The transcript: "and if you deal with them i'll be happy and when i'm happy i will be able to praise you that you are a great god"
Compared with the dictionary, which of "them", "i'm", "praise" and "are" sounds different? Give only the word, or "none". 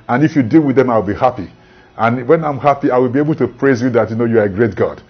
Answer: none